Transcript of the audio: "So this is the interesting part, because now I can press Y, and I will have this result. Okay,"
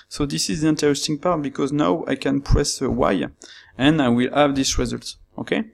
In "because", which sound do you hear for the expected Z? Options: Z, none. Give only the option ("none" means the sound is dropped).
Z